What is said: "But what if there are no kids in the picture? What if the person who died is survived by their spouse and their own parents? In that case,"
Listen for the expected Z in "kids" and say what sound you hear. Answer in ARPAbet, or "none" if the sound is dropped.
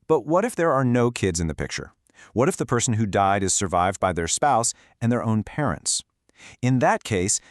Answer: Z